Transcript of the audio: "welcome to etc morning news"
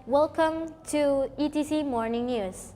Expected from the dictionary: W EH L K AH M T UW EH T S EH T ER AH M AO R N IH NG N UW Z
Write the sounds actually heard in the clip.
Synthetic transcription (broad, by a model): W EH L K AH M T UW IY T IY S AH M AO R N IH NG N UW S